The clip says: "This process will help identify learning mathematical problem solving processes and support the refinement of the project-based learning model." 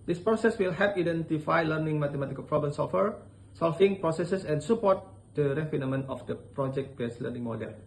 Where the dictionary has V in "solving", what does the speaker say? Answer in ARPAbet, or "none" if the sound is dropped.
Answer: F